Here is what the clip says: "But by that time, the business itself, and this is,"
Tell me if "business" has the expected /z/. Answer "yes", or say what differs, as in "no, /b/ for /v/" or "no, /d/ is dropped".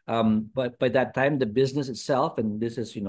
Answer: yes